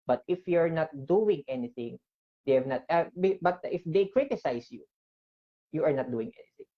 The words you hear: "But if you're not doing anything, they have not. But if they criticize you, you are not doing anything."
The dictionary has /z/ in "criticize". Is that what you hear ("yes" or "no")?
no